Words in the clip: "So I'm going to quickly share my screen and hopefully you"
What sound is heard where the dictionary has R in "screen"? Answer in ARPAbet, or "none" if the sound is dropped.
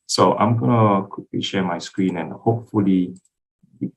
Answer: R